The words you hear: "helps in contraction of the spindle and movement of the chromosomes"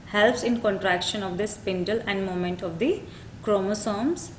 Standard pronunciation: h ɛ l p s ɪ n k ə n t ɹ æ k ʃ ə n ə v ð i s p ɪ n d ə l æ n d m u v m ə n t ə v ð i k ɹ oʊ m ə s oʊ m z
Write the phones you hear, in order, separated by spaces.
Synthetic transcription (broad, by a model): h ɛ l p s ɪ n k ə n t ɹ æ k ʃ ə n ə v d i s p ɪ n d ə l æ n d m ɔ m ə n t ə v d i k ɹ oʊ m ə s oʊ m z